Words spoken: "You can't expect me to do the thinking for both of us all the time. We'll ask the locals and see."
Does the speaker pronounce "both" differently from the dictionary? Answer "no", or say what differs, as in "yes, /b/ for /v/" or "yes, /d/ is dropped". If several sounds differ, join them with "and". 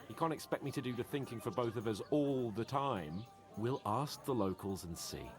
no